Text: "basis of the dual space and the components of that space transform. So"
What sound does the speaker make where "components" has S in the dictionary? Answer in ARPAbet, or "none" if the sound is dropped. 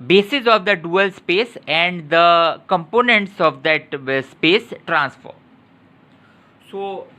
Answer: S